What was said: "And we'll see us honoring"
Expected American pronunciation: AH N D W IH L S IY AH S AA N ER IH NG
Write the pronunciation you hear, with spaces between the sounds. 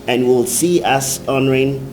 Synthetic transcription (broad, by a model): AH N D W IH L S IY AH S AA N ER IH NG